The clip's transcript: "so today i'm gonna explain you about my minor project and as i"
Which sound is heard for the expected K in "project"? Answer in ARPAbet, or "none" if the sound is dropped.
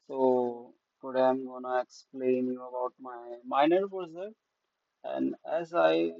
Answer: none